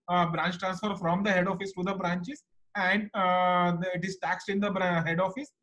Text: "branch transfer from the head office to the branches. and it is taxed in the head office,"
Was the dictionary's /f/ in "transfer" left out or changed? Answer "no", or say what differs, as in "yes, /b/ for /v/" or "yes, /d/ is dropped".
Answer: no